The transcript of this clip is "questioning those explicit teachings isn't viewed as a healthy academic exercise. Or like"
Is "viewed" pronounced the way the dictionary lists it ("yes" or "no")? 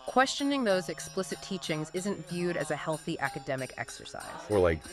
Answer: yes